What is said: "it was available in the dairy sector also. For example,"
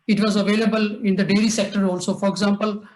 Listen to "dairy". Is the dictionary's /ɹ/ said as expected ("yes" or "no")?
no